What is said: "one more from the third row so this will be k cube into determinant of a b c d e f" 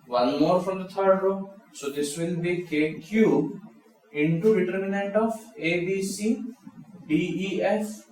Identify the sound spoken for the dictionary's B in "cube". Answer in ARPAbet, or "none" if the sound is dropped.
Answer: none